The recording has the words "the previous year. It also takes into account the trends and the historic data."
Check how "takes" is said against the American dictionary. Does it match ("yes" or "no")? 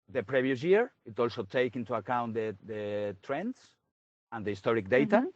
no